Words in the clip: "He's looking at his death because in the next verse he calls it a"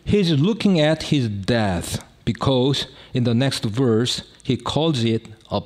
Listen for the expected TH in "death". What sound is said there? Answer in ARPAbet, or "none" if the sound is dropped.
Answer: TH